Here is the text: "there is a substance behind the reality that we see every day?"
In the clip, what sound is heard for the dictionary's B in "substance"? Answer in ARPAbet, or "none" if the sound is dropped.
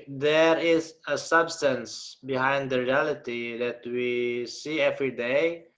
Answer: B